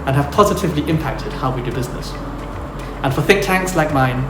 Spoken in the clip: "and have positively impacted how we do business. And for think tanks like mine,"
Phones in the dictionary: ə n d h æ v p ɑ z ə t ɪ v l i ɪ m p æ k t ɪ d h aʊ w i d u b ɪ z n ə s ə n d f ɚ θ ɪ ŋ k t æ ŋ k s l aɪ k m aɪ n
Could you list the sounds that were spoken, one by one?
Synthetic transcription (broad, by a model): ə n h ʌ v p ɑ z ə t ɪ v l i ɪ m p æ k t ɪ d h aʊ w i d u b ɪ z n ə s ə n f ɚ θ ɪ k t æ ŋ k s l aɪ k m aɪ n